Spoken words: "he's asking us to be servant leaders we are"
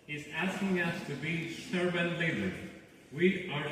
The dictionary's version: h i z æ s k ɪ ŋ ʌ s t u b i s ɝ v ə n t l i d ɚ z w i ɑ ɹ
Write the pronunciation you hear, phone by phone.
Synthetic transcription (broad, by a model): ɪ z æ s k ɪ ŋ ʌ s t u b i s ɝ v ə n l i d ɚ w i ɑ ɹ